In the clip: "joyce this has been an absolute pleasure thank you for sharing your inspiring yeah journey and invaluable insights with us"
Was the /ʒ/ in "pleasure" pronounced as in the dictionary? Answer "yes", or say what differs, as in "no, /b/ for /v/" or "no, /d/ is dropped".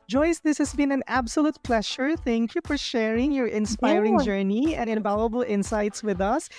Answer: no, /ʃ/ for /ʒ/